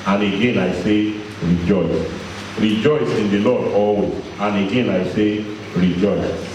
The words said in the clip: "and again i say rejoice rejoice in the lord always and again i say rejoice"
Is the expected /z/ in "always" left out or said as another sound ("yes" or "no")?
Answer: yes